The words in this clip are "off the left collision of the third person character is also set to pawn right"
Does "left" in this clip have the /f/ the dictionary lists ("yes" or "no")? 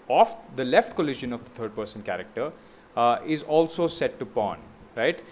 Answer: yes